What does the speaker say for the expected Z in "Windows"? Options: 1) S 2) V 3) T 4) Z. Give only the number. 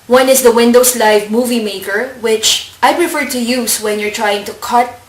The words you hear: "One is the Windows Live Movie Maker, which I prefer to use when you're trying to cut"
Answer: 1